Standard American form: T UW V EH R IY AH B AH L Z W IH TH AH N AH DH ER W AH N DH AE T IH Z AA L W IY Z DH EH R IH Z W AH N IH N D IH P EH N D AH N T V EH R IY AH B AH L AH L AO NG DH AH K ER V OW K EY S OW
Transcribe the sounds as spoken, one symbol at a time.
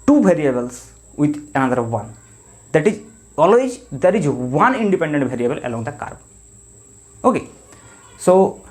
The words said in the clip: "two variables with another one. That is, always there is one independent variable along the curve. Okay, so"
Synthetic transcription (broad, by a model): T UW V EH R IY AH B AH L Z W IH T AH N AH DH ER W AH N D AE T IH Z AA L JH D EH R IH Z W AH N IH N D IH P EH N D AH N T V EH R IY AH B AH L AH L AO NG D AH K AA B OW K EY S OW